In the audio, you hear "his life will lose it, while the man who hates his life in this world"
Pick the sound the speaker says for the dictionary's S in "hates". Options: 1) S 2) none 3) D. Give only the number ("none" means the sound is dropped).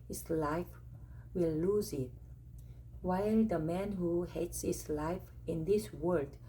1